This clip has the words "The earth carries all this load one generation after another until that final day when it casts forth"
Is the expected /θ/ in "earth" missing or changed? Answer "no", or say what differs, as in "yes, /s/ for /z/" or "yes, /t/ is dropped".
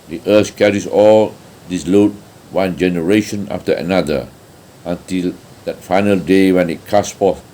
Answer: yes, /s/ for /θ/